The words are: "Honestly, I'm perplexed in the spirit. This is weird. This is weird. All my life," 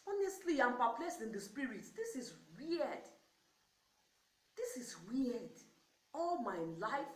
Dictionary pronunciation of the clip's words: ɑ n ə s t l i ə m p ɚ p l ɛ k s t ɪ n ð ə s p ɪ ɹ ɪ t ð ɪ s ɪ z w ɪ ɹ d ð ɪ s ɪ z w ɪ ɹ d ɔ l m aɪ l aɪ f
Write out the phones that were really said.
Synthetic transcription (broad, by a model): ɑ n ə s t l i ə m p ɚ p l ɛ s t ɪ n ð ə s p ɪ ɹ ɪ t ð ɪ s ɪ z w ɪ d ð ɪ s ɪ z w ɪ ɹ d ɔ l m aɪ l aɪ f